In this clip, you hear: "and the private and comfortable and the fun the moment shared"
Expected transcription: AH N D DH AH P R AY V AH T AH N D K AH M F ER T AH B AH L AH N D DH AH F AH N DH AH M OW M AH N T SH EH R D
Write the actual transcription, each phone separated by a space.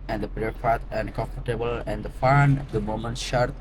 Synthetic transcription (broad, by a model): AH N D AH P R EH F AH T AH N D K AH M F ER T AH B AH L AH N D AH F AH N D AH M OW M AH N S SH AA R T